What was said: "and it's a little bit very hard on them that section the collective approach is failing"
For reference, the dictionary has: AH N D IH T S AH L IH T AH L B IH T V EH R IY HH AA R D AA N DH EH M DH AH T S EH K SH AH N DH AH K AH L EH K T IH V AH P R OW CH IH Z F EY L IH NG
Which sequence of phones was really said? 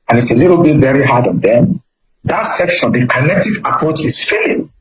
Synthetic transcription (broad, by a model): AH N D IH T S AH L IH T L B IH T V EH R IY HH AA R D AA N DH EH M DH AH T S EH K SH AH N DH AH K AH N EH K T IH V AH P R OW CH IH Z F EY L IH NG